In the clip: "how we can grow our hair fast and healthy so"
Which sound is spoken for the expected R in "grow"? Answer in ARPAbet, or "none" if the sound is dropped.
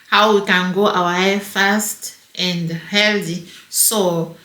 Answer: none